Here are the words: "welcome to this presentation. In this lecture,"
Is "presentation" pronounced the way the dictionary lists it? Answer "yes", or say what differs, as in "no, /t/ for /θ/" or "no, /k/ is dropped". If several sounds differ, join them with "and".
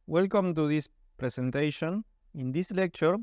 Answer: no, /s/ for /z/